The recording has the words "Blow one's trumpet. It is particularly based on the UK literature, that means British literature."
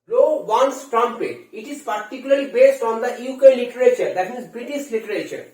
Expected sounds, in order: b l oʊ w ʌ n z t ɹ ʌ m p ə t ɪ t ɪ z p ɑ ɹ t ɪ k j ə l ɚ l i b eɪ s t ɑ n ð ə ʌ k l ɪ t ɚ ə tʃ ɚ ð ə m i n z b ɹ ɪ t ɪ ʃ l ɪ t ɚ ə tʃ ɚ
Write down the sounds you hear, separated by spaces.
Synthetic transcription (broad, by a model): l oʊ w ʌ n s t ɹ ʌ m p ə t ɪ t ɪ z p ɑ ɹ t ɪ k j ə l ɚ l i b eɪ s t ɑ n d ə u k l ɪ t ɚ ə tʃ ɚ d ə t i z b ɹ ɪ t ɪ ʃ l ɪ t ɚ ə tʃ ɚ